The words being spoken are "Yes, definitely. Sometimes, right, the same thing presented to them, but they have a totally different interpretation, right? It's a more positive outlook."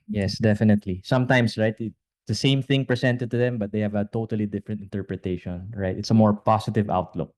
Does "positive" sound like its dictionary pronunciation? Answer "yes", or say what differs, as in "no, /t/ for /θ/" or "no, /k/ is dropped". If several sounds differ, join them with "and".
no, /s/ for /z/